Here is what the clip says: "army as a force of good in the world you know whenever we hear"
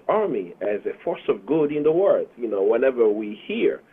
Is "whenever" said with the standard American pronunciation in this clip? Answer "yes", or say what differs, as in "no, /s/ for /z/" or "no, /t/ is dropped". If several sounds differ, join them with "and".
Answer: yes